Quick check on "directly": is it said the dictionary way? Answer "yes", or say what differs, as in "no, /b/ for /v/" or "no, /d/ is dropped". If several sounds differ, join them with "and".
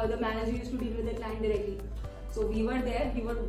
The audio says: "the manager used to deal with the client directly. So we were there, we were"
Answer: yes